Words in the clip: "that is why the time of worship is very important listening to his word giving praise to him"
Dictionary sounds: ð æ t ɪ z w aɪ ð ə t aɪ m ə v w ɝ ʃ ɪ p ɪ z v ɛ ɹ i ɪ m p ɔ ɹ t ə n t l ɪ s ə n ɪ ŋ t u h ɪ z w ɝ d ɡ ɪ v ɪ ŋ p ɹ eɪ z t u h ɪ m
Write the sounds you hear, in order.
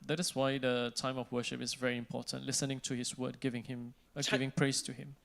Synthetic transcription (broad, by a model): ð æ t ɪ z w aɪ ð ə t aɪ m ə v w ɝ ʃ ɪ p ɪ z v ɛ ɹ i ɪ m p ɔ t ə n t l ɪ s ə n ɪ ŋ t u h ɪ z w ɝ d ɡ ɪ v ɪ ŋ p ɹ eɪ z t u h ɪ m